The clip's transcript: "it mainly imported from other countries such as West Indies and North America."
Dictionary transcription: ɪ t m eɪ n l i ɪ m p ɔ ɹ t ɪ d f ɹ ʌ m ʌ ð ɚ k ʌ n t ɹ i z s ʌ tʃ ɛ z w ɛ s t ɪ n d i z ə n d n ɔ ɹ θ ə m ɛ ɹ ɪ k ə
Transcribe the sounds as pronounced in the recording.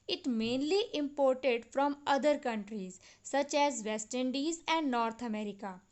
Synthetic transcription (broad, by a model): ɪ t m eɪ n l i ɪ m p ɔ ɹ t ɪ d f ɹ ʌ m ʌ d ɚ k ʌ n t ɹ i z s ʌ tʃ ɛ z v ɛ s t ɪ n d i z ə n d n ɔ ɹ t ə m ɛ ɹ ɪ k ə